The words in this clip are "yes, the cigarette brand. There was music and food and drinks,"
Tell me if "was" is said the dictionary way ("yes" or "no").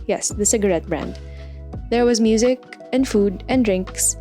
yes